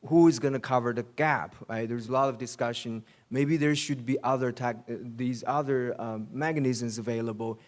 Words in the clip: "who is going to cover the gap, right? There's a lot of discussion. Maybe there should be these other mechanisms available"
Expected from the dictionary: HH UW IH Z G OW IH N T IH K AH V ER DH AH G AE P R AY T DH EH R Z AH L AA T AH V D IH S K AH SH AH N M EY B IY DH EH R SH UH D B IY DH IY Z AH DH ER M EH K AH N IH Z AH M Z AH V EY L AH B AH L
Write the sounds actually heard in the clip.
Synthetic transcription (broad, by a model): HH UW IH Z G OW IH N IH K AH V ER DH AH G AE P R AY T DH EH R Z AH L AA T AH V D IH S K AH SH AH N M EY B IY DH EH R SH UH D B IY DH IY Z AH DH ER M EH K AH N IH Z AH M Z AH V EY L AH B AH L